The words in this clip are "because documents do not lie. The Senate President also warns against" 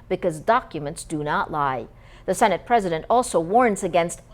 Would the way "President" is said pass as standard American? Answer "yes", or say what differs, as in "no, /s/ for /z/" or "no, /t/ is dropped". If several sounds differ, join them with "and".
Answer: yes